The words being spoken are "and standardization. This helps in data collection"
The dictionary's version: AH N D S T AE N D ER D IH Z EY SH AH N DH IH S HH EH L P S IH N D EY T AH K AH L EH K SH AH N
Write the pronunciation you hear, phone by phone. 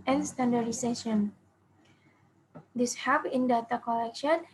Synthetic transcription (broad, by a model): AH N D S T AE N D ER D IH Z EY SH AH N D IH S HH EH P IH N D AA T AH K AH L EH K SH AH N